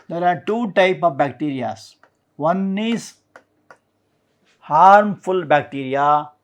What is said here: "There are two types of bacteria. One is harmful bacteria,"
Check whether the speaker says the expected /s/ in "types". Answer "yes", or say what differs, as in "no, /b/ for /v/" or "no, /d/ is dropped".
no, /s/ is dropped